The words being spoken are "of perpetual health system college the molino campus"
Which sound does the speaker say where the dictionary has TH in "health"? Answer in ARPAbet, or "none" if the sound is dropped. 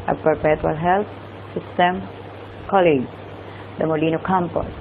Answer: T